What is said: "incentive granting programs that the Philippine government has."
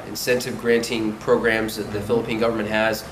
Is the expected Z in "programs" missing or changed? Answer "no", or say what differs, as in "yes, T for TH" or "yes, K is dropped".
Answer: no